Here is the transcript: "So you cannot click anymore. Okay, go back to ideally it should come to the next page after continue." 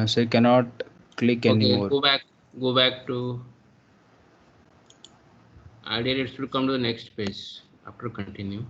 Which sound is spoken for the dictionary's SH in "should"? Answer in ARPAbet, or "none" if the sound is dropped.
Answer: S